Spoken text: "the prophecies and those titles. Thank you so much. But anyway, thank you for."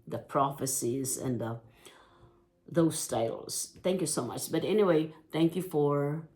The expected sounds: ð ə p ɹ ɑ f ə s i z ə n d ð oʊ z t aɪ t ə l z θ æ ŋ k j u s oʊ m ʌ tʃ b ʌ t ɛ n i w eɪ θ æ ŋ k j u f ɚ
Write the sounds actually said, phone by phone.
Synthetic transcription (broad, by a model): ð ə p ɹ ɑ f ə s i z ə n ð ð oʊ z t aɪ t l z θ æ ŋ k j u s oʊ m ʌ tʃ b ʌ t ɛ n i w eɪ θ æ ŋ k j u f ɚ